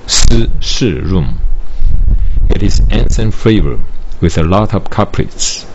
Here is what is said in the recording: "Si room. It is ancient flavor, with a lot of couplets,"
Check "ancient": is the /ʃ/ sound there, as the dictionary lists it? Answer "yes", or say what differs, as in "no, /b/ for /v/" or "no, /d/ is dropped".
no, /s/ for /ʃ/